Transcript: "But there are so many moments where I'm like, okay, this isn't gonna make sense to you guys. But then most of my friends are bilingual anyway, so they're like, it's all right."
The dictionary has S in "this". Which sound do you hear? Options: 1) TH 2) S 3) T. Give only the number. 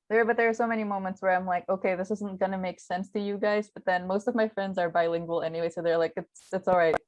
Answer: 2